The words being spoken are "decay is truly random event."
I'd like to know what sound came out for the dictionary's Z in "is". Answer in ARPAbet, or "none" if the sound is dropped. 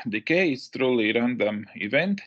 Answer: S